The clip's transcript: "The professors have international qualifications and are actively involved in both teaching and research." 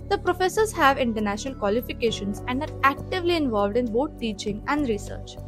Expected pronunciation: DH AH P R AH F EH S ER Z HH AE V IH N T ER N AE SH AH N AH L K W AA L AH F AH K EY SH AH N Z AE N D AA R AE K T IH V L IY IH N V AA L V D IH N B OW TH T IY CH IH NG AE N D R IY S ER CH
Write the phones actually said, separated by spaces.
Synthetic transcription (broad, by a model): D AH P R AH F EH S ER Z HH AE V IH N T ER N AE SH AH N AH L K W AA L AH F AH K EY SH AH N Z AE N D AA R AE K T IH V L IY IH N V AA L V D IH N B OW T T IY CH IH NG AE N D R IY S ER CH